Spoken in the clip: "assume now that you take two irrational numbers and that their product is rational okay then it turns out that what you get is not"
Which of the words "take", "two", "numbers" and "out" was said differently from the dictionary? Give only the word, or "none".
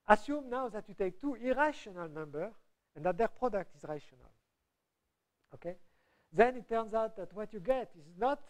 numbers